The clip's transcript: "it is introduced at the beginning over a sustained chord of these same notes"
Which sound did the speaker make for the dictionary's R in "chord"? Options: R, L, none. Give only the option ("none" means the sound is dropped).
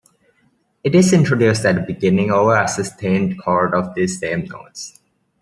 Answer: R